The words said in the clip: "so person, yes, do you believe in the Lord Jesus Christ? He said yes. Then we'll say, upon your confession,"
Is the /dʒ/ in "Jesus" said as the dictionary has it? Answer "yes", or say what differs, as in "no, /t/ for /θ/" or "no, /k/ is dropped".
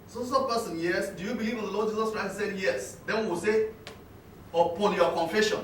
yes